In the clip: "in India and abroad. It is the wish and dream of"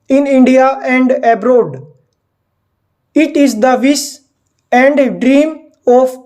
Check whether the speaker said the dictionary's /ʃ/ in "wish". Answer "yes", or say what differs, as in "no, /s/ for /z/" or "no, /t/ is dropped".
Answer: no, /s/ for /ʃ/